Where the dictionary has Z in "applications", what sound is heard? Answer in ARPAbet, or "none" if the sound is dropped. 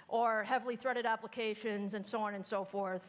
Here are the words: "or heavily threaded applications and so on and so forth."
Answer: Z